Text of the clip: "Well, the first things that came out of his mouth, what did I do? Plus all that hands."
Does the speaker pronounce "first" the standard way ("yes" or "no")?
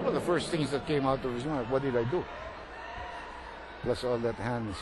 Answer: yes